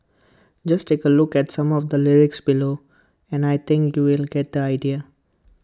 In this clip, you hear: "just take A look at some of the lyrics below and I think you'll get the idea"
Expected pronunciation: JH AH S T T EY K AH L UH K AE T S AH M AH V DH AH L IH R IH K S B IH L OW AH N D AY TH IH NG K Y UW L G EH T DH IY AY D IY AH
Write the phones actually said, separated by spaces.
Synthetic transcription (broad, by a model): JH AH S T T EY K AH L UH K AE T S AH M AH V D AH L IH R IH K S B IH L OW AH N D AY T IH NG K Y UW L G EH T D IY AY D IY AH